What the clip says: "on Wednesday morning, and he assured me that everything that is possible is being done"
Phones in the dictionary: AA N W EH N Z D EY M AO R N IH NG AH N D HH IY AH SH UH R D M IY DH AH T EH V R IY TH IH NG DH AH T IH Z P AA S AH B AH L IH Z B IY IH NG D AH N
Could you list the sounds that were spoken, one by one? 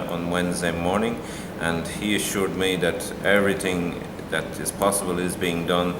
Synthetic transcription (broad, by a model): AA N W EH N Z D EY M AO R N IH NG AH N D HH IY AH SH UH R D M IY DH AH T EH V R IY TH IH NG DH AH T IH Z P AA S AH B AH L IH Z B IY IH NG D AH N